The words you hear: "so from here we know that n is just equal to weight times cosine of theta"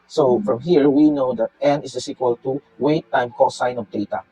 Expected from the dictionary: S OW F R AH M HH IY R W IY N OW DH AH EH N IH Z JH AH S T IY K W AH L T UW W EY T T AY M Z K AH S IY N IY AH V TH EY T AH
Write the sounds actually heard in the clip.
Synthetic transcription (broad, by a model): S OW F R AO M HH IY R W IY N OW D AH EH N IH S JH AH S IY K W AH L T UW W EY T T AY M K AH S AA N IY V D EY T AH